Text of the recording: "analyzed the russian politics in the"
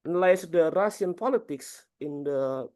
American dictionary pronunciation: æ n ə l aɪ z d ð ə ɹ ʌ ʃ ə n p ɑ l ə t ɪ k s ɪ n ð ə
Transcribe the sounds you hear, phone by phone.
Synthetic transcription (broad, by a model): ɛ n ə l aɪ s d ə ɹ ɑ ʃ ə n p ɑ l ə t ɪ k s ɪ n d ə